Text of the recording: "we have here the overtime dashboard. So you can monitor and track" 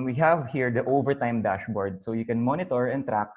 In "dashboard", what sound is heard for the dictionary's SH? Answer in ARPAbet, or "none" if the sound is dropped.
SH